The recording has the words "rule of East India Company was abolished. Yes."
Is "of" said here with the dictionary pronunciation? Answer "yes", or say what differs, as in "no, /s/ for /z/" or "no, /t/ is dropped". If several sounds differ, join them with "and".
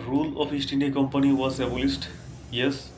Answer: no, /p/ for /v/